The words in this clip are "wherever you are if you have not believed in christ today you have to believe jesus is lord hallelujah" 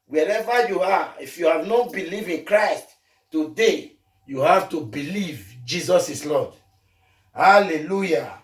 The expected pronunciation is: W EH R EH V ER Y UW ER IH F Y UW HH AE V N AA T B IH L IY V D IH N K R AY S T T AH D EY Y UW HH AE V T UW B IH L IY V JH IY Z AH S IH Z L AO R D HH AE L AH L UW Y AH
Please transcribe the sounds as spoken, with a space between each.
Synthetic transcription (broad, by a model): W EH R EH V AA Y UW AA IH F Y UW HH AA V N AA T B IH L IY V IH N K R AY S T T AH D EY Y UW HH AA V T UW B IH L IY V JH IY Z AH S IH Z L AO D HH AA L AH L UW Y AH